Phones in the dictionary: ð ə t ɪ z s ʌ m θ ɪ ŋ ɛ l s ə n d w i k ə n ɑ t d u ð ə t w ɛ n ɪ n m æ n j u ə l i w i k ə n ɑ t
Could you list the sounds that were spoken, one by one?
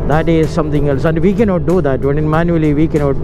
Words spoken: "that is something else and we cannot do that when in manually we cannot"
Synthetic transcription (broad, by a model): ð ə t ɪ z s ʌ m t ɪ ŋ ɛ l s ə n d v i k ə n ɑ t d u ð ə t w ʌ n ɪ n m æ n j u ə l i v i k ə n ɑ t